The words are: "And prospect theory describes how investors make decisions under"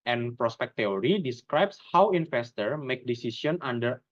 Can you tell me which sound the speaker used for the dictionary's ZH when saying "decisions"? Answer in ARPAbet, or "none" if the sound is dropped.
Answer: S